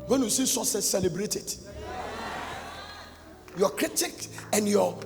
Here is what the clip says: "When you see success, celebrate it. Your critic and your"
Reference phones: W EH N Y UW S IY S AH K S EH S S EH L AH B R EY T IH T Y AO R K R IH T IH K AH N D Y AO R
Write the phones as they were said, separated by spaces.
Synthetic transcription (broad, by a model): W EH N Y UW S IY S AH S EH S S EH L AH B R EY T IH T Y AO K R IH T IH K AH N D Y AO